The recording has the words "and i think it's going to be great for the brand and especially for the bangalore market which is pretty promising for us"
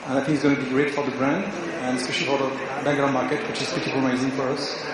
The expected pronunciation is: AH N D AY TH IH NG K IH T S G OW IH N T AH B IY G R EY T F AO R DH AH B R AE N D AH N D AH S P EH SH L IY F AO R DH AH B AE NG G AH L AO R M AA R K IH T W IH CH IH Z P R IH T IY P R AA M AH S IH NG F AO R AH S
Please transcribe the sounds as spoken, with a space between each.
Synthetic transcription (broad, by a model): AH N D AY TH IH NG K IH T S G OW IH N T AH B IY G R EY T F AO R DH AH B R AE N D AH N AH S P EH SH L IY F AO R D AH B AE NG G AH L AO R M AA R K IH T W IH CH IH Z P IH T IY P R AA AH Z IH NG F AO R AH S